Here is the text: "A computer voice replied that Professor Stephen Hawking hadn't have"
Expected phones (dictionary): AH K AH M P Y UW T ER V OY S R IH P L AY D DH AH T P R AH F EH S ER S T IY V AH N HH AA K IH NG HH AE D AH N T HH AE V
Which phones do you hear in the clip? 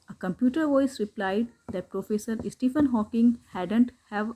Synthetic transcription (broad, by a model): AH K AH M P Y UW T ER V OY S R IH P L AY D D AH T P R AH F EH S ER S T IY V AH N HH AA K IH NG HH AE D AH N T HH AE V